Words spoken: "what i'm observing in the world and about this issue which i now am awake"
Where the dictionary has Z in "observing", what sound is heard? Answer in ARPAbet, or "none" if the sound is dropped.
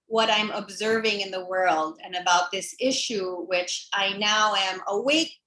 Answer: Z